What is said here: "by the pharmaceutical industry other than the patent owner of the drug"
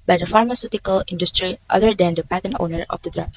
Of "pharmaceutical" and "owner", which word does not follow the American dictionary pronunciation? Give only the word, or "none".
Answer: none